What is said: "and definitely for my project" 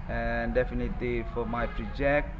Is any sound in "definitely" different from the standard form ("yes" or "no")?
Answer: no